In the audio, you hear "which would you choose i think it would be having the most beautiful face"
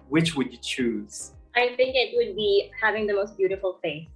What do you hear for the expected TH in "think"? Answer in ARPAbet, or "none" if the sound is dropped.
TH